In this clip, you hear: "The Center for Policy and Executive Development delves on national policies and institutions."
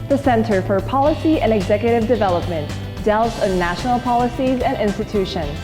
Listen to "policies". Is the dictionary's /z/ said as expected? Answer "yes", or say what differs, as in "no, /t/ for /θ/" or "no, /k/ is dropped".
yes